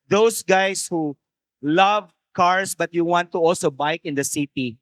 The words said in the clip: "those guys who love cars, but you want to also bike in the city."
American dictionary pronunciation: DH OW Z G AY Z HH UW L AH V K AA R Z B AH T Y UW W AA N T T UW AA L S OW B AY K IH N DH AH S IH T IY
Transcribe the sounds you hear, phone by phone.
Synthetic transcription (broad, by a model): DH OW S G AY S HH UW L AH V K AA R S B AH T Y UW W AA N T T UW AA L S OW B AY K IH N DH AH S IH T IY